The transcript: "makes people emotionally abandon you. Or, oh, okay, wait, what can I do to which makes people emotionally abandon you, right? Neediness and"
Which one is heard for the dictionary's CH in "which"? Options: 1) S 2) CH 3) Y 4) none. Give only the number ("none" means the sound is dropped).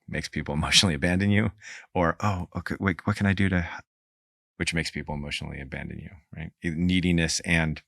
2